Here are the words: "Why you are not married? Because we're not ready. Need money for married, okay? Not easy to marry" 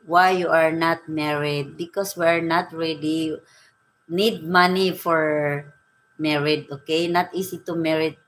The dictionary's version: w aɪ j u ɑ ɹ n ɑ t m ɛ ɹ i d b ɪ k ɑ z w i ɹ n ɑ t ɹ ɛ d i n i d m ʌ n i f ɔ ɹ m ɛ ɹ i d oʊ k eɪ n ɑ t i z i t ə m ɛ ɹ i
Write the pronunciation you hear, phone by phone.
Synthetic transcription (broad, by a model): w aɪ j u ɑ ɹ n ɑ t m ɛ ɹ i d b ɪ k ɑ s w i ɹ n ɑ t ɹ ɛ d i n i d m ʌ n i f ɔ ɹ m ɛ ɹ i d oʊ k eɪ n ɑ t i s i t ə m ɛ ɹ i